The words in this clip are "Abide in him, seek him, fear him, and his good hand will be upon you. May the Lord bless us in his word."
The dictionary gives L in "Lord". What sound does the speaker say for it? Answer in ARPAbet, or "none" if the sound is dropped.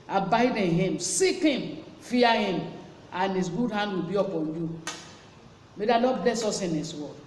N